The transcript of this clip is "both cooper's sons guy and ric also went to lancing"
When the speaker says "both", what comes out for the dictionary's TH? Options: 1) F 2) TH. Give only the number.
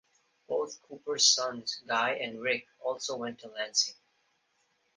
2